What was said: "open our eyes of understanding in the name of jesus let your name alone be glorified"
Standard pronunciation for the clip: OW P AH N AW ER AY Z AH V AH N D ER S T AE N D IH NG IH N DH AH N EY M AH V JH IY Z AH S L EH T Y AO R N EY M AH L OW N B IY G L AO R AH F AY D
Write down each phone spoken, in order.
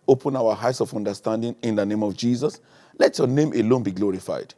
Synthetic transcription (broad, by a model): OW P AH N AW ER AY S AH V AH N D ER S T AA N D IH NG IH N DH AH N EY M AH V JH IY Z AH S L EH T Y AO N EY M AH L OW N B IY G L AO R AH F AY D